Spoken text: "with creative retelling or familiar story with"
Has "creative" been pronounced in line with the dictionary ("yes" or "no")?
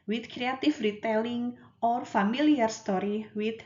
no